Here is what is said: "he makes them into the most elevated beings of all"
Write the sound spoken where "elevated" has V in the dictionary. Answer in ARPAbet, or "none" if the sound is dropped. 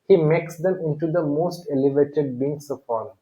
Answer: V